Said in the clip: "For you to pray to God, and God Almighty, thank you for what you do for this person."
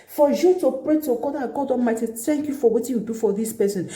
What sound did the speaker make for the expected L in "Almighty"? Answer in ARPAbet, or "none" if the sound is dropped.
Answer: none